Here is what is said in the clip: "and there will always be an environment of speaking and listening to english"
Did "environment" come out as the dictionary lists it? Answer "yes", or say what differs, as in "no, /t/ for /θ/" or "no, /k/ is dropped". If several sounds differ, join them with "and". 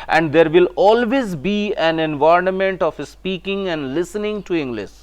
no, /ɹ/ is dropped